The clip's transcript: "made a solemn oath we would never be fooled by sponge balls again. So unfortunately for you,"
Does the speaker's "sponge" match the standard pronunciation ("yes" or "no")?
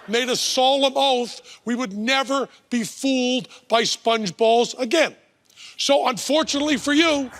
yes